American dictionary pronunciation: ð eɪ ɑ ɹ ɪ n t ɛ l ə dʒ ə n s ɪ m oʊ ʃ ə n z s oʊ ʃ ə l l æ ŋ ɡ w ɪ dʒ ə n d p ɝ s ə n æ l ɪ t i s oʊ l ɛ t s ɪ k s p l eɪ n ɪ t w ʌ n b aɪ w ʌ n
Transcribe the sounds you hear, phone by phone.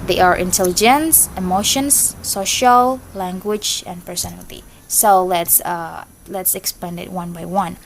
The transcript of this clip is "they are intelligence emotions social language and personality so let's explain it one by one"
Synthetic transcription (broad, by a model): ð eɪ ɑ ɹ ɪ n t ɛ l ə dʒ ə n s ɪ m oʊ ʃ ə n s oʊ ʃ ə l l æ ŋ ɡ w ɪ dʒ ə n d p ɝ s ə n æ l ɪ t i s oʊ l ɛ t s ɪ k s p eɪ n ɪ t w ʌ n b aɪ w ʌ n